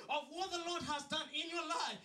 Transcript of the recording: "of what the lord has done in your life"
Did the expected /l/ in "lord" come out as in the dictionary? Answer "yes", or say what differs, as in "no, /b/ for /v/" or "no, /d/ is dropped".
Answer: yes